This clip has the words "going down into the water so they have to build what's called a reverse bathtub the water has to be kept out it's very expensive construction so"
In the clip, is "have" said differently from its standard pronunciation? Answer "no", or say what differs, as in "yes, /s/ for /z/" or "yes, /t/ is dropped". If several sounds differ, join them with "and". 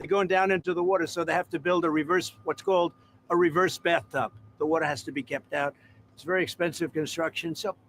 yes, /f/ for /v/